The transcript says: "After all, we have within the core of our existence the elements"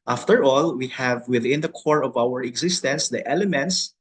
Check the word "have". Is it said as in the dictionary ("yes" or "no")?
yes